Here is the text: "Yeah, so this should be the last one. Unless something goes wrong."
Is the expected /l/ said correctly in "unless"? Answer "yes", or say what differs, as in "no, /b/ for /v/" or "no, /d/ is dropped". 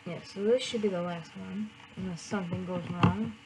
no, /l/ is dropped